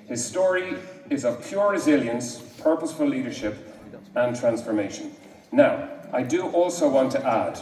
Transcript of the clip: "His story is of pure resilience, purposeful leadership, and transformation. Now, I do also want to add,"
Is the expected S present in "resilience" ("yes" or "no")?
yes